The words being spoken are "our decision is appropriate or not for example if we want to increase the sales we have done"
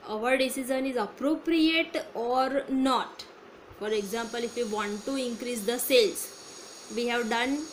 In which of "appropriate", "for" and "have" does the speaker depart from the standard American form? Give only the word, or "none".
none